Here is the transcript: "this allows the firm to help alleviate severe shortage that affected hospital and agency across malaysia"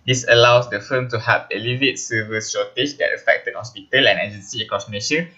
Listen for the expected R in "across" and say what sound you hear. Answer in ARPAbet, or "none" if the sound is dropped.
none